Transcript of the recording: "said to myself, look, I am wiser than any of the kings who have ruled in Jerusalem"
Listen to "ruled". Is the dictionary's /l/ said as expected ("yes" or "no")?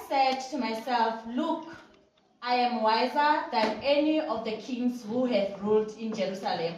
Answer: yes